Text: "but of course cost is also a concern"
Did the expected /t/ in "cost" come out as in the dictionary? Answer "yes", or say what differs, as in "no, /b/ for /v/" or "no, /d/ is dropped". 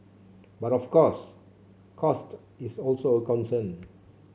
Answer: yes